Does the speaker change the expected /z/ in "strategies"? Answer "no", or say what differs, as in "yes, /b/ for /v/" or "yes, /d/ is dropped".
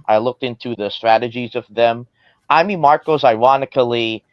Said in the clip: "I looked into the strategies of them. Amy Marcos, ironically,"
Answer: no